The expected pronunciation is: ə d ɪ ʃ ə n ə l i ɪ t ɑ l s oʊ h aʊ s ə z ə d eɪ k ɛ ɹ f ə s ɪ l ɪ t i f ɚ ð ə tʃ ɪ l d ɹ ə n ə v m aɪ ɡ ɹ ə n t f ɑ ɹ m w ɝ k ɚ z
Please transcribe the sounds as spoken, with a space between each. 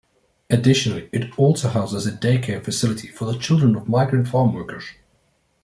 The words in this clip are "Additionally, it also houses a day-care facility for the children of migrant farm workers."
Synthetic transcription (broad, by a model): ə d ɪ ʃ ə n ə l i ɪ t ɑ l s oʊ h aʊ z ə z ə d eɪ k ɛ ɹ f ə s ɪ l ɪ t i f ɚ ð ə tʃ ɪ l d ɹ ə n ə v m aɪ ɡ ɹ ə n t f ɑ ɹ m w ɝ k ɚ z